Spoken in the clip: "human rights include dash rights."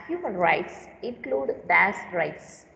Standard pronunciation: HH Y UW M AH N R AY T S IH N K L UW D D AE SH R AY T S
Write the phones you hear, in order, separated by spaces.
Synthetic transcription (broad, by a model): HH Y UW M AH N R AY T S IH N K L UW D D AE S R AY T S